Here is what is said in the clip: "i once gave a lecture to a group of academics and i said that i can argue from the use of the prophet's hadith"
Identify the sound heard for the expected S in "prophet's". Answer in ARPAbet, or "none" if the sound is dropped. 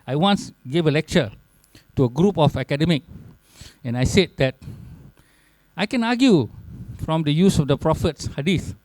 S